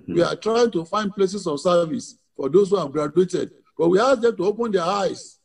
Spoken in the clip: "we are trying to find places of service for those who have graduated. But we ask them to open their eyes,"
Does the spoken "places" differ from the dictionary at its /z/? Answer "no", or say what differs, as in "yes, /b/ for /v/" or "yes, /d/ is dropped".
yes, /s/ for /z/